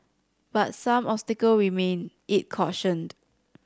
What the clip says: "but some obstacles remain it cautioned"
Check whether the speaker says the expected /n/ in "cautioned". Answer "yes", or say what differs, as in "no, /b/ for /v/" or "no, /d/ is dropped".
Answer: yes